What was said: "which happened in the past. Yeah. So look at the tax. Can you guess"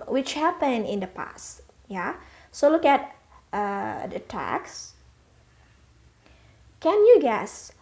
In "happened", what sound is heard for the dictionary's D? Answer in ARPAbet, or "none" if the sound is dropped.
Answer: none